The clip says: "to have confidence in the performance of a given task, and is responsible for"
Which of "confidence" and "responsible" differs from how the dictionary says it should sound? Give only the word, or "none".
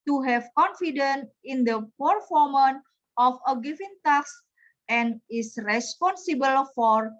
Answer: confidence